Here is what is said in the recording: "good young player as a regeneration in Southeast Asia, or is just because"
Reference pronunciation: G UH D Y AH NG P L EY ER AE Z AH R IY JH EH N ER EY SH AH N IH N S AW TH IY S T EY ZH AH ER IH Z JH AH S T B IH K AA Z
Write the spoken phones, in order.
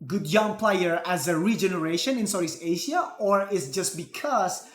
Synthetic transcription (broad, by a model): G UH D Y AH NG P L EY ER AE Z AH R IY JH EH N ER EY SH AH N IH N S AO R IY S EY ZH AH ER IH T JH AH S T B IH K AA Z